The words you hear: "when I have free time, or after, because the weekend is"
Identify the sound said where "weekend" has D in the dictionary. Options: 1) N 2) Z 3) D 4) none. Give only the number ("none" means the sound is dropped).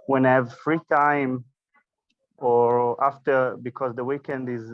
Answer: 3